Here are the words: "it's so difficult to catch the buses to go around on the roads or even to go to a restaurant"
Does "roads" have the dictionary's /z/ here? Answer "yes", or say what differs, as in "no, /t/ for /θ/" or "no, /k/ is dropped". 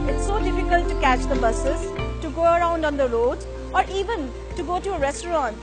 no, /z/ is dropped